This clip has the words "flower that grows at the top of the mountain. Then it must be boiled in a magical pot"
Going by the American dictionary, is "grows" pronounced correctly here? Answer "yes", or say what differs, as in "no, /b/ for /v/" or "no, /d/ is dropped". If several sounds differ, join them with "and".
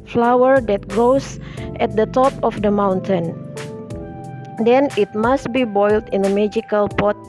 no, /ɹ/ is dropped